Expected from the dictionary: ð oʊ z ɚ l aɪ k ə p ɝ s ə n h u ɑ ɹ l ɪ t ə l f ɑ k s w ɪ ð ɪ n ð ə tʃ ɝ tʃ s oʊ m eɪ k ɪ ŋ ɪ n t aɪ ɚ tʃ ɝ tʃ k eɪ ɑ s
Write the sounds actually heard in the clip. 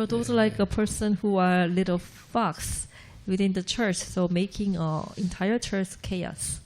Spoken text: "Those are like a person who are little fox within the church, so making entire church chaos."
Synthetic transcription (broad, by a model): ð oʊ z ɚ l aɪ k ə p ɝ s ə n h u ɑ ɹ l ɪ t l f ɑ k s w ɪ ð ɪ n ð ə tʃ ɝ tʃ s oʊ m eɪ k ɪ ŋ ɪ n t aɪ ɚ tʃ ɝ tʃ k eɪ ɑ s